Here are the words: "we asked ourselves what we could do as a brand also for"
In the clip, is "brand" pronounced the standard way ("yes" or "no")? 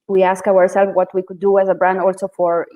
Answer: yes